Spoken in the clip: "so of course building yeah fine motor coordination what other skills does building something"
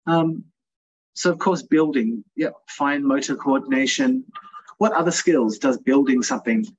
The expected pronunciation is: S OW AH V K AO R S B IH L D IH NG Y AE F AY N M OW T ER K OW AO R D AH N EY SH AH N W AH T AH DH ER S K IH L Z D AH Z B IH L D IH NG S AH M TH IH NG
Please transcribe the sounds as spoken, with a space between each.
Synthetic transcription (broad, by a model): S OW AH V K AO R S B IH L D IH NG Y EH F AY N M OW T ER K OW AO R D N EY SH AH N W AH T AH DH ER S K IH L Z D AH Z B IH L D IH NG S AH M TH IH NG